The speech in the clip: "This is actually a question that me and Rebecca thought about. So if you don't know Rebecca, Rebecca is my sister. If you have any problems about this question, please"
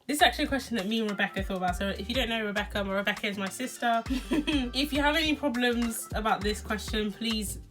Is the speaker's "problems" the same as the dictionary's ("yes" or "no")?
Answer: yes